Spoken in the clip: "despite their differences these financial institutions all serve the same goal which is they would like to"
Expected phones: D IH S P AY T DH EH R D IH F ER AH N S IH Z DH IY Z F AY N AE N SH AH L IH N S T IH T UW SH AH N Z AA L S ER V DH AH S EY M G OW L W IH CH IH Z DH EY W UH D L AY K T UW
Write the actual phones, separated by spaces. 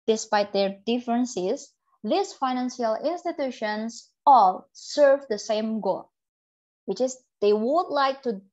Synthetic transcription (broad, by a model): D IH S P AY T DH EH R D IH F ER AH N S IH S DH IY S F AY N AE N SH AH L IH N S T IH T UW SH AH N S AA L S ER V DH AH S EY M G OW L W IH CH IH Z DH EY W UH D L AY K T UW